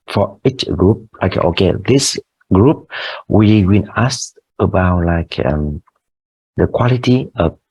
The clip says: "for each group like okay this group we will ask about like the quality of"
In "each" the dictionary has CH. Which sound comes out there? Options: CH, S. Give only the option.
CH